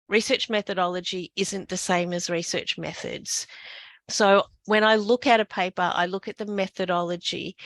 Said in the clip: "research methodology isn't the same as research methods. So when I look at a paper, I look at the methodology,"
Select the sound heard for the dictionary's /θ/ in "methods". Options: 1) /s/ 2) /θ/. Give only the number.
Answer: 2